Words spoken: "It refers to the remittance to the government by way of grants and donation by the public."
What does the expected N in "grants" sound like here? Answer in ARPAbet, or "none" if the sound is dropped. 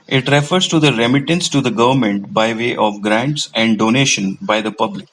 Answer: N